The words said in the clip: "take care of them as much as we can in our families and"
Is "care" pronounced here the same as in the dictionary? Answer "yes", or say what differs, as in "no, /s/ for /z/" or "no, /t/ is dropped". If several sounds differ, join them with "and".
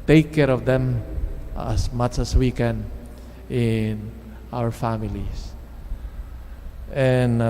yes